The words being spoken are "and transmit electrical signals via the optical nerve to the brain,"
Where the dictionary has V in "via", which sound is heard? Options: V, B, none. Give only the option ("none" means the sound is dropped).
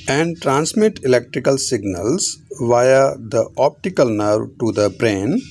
V